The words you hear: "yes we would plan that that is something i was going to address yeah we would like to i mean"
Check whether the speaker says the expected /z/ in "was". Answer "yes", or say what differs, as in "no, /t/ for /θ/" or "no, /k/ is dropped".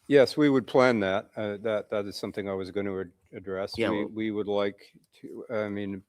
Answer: yes